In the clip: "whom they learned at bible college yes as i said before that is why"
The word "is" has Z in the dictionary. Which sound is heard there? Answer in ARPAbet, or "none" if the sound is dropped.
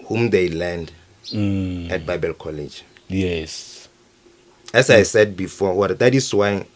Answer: S